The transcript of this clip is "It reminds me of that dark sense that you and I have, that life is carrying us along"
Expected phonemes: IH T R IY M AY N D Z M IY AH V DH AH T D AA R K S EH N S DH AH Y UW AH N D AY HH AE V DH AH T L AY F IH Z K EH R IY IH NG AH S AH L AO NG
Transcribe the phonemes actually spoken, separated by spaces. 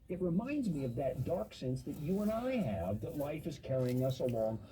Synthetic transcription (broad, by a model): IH T R IY M AY N D Z M IY AH V DH AH T D AA R K S EH N S DH AH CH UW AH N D AY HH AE V DH AH T L AY F IH Z K EH R IY IH NG AH S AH L AO NG